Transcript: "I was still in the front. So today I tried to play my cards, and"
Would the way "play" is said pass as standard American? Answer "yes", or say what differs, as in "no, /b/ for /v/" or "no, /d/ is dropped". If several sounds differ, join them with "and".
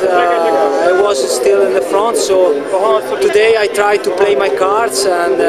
yes